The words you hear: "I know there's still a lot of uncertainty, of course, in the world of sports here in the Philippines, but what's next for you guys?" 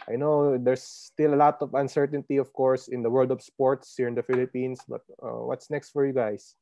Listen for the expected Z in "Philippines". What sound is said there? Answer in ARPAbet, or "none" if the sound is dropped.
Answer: S